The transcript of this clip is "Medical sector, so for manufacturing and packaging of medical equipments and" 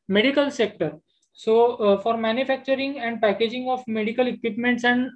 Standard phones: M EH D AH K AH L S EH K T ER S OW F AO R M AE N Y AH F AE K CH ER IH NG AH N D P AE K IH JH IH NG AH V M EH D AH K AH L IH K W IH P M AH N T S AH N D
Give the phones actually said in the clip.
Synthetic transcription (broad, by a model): M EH D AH K AH L S EH K T ER S OW F AO R M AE N Y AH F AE K CH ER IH NG AH N D P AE K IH JH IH NG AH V M EH D AH K AH L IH K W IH P M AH N T S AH N D